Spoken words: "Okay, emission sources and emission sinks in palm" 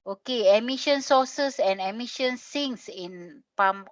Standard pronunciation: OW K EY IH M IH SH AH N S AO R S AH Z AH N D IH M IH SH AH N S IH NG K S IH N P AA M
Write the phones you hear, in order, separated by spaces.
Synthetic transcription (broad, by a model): OW K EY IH M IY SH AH N S AO S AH S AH N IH M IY SH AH N S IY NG S IH N P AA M